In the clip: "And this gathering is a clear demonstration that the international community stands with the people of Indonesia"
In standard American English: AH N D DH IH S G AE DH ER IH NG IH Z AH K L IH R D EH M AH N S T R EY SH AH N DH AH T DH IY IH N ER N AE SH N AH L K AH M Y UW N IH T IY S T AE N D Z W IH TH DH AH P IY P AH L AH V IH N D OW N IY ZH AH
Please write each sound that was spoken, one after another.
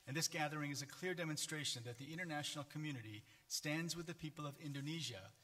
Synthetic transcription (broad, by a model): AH N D DH IH S G AE DH ER IH NG IH Z AH K L IH R D EH M AH N S T R EY SH AH N DH AH T DH IY IH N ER N AE SH N L K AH M Y UW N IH T IY S T AE N D Z W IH DH AH P IY P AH L AH V IH N D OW N IY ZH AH